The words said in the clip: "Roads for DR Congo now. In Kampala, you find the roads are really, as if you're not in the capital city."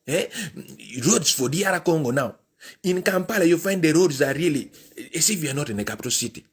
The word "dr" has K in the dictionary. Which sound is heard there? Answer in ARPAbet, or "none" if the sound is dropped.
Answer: none